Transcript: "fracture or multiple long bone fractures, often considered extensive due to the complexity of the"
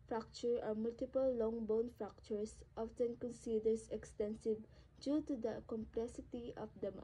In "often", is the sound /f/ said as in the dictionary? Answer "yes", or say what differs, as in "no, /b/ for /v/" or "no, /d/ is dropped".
yes